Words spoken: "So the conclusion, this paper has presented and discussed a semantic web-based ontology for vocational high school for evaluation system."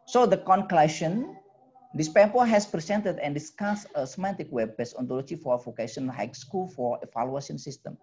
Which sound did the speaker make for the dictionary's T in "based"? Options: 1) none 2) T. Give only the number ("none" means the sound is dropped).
1